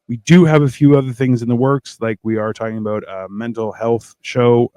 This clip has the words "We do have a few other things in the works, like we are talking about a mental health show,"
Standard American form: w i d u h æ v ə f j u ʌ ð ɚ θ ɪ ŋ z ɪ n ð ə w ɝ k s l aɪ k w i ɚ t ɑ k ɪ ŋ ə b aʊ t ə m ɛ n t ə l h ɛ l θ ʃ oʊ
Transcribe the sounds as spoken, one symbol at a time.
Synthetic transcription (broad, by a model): w i d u v ə f j u ʌ ð ɚ θ ɪ ŋ z ɪ n ð ə w ɝ k s l aɪ k w i ɚ t ɑ k ɪ ŋ ə b aʊ t ə m ɛ n t l h ɛ l θ ʃ oʊ